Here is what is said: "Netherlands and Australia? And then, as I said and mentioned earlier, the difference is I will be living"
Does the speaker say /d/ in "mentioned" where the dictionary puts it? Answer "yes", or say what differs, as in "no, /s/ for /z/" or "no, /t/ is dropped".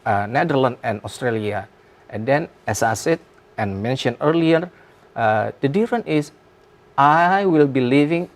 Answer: no, /d/ is dropped